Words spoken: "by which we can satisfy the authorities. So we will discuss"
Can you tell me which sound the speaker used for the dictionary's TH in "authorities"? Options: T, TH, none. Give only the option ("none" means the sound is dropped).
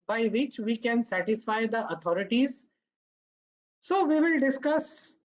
T